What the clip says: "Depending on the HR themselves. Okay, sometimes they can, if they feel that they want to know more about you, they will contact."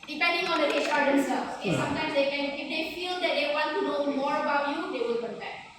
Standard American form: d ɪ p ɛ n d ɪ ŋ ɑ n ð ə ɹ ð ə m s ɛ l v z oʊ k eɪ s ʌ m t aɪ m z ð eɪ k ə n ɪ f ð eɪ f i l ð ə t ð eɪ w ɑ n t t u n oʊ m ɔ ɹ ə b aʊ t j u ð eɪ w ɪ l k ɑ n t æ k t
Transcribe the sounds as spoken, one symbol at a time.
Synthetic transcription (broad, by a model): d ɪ p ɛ n d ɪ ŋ ɑ n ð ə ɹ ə s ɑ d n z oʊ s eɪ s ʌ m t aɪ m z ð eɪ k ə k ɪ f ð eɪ f i l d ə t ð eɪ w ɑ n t t u n oʊ m ɔ ɹ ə b aʊ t j u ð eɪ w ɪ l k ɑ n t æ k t